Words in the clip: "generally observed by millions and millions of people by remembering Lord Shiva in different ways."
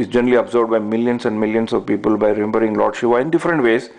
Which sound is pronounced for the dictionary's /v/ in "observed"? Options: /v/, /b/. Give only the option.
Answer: /b/